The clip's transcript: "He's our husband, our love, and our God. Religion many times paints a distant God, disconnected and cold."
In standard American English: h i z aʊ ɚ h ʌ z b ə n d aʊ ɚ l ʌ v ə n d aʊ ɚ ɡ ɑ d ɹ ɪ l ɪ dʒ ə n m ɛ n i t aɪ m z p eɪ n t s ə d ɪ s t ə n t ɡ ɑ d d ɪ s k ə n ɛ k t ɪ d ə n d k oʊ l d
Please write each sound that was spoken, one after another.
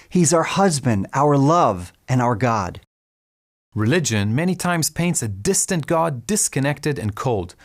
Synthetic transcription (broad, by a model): h i z aʊ ɚ h ʌ z b ə n d aʊ ɚ l ʌ v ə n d aʊ ɚ ɡ ɑ d ɹ ɪ l ɪ dʒ ə n m ɛ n i t aɪ m z p eɪ n t s ə d ɪ s t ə n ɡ ɑ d d ɪ s k ə n ɛ k t ɪ d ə n k oʊ l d